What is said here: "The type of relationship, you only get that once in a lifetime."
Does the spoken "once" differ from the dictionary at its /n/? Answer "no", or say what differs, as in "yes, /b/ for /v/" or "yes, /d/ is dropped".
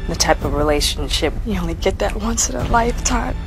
no